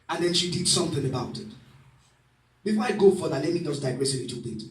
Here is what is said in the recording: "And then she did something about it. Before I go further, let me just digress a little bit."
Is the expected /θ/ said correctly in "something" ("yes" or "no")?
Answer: yes